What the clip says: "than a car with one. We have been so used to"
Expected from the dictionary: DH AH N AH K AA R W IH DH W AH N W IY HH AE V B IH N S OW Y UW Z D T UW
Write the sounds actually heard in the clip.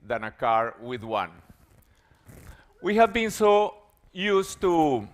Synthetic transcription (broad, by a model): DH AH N AH K AA R W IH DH W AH N W IY HH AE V B IH N S OW Y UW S T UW